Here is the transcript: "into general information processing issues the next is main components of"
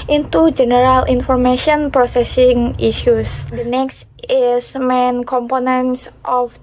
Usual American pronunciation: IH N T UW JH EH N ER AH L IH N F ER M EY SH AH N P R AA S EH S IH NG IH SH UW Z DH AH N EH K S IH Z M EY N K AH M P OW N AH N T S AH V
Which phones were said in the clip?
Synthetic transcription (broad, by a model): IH N T UW JH EH N ER AH L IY N F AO M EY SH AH N P R AA S EH S IH NG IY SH UW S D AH N EH K S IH S M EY N K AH M P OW N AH N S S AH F